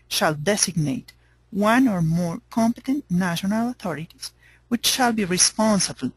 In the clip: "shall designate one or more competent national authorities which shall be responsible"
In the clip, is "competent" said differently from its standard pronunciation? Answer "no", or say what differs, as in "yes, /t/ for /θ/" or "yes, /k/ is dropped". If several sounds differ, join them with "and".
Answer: no